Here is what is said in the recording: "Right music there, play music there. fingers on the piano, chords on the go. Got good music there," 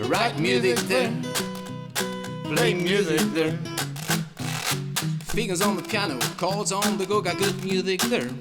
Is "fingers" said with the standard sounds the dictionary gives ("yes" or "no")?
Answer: no